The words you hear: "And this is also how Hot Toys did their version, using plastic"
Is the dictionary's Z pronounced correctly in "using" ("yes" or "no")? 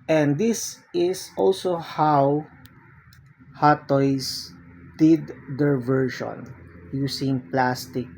no